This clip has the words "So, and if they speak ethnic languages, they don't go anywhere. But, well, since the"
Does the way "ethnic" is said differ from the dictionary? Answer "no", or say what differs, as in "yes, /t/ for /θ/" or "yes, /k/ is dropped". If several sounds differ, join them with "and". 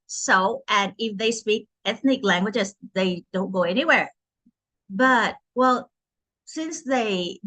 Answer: no